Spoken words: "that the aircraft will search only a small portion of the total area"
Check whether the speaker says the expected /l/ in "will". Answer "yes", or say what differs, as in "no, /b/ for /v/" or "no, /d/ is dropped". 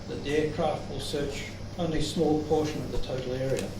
yes